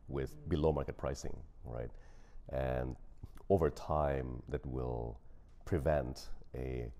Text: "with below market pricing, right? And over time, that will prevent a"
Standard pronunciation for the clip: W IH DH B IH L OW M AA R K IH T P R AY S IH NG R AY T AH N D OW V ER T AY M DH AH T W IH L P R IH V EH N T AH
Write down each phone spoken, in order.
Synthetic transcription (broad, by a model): W IH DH B IH L OW M AA R K IH T P R AY S IH NG R AY T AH N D OW V ER T AY M DH AH T W IH L P R IH V EH N T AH